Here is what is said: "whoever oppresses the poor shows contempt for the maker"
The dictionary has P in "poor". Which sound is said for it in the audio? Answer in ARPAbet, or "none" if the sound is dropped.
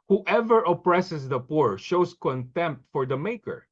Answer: P